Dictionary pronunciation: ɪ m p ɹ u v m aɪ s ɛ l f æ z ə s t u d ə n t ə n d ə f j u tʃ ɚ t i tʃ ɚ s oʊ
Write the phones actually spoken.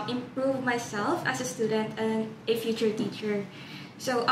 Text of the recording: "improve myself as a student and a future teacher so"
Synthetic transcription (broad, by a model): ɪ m p ɹ u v m aɪ s ɛ l f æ s ə s t u d ə n t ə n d ə f j u tʃ ɚ t i tʃ ɚ s oʊ